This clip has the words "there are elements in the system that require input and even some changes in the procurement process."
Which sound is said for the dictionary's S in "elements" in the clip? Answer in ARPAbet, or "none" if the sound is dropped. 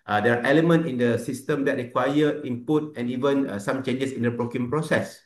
none